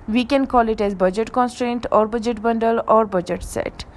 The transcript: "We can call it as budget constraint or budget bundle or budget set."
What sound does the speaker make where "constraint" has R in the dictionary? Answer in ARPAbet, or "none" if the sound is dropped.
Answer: R